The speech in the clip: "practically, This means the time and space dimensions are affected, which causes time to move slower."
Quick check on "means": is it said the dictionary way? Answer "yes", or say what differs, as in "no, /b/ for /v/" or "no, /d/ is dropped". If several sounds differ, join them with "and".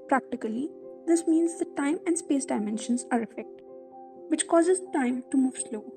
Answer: yes